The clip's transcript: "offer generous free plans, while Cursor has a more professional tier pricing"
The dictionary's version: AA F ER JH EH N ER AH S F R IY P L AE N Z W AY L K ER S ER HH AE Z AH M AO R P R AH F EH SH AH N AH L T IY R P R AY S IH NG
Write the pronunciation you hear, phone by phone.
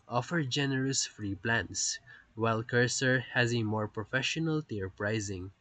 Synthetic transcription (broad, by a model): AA F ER JH EH N ER AH S F R IY P L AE N S W AY L K ER S ER HH AE Z AH M AO R P R AH F EH SH AH N AH L T IY R P R AY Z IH NG